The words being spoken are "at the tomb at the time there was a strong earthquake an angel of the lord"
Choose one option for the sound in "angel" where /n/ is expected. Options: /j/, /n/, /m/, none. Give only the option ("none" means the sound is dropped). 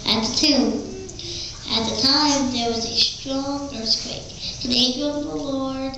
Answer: none